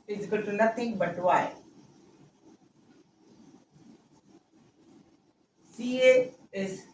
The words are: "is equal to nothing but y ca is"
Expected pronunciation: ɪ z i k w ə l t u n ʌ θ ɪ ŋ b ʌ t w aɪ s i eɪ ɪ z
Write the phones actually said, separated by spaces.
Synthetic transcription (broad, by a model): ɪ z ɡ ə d t u n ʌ t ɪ ŋ b ʌ t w aɪ s i eɪ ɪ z